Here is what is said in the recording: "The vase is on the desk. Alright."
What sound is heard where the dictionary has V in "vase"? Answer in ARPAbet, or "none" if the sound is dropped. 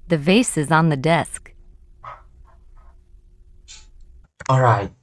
V